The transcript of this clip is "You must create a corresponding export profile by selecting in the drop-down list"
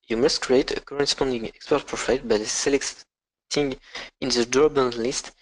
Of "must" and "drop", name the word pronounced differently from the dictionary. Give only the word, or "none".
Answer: drop